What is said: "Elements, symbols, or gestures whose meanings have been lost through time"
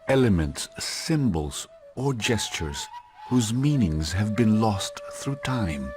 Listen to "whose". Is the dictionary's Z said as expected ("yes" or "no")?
yes